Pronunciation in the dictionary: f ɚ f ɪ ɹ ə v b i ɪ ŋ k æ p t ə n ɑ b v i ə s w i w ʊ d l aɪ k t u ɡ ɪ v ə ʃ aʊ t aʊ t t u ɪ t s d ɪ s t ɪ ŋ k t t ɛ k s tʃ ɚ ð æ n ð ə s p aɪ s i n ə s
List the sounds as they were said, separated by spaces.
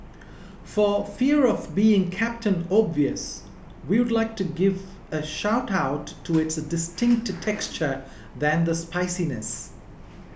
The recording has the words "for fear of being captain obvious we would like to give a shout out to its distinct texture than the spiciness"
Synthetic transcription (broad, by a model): f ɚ f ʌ ɹ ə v b i ɪ ŋ k æ p t ə n ɑ b v i ə s w i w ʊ d l aɪ k t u ɡ ɪ v ə ʃ aʊ t aʊ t t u ɪ t s d ɪ s t ɪ ŋ k t t ɛ k s tʃ ɚ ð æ n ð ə s p aɪ s i n ə s